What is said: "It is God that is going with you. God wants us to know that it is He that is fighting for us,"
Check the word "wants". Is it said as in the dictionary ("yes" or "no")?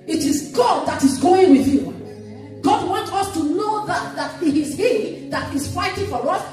no